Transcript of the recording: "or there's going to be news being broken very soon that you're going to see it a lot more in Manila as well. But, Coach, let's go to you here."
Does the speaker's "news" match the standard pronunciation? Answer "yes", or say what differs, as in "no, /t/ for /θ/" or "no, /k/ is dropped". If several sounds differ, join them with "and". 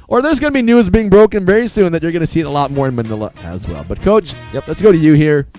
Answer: yes